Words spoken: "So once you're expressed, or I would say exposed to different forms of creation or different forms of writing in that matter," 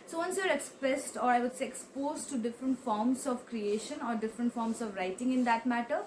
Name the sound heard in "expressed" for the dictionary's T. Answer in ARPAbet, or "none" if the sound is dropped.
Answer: T